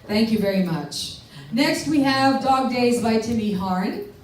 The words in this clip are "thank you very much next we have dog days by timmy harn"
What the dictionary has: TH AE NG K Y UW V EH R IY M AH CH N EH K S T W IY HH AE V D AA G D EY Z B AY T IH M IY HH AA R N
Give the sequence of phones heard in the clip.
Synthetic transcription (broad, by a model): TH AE NG K Y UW V EH R IY M AH CH N EH K S T W IY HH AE V D AA G D EY Z B AY T IH M IY HH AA R N